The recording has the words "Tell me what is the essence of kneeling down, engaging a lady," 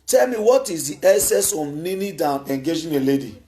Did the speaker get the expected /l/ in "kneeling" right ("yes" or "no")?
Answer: no